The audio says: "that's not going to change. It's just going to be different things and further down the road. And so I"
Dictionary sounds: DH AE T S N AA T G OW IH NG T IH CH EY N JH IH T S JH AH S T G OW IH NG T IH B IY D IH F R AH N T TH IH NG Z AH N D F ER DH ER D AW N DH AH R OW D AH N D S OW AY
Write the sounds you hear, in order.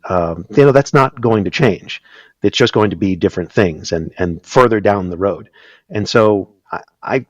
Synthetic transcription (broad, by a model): DH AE T S N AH T G OW IH NG T IH CH EY N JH IH T S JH AH S G OW IH NG T IH B IY D IH F R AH N TH IH NG Z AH N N F ER DH ER D AW N DH AH R OW D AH N S OW AY